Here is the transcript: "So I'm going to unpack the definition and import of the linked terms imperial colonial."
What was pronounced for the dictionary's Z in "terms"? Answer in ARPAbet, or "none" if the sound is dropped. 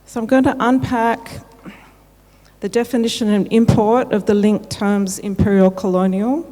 Z